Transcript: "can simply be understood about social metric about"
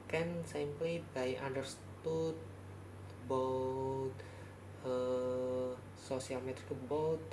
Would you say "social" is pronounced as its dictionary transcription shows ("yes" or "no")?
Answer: no